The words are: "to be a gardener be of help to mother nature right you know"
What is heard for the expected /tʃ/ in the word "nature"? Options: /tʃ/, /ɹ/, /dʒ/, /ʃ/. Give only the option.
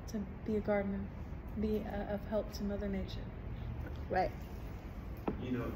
/ʃ/